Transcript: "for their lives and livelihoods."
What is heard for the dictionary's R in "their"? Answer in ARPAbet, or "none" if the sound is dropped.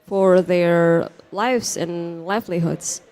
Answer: R